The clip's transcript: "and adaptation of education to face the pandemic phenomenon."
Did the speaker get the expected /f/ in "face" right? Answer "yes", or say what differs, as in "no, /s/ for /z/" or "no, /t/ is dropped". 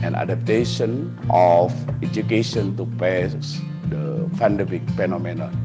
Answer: no, /p/ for /f/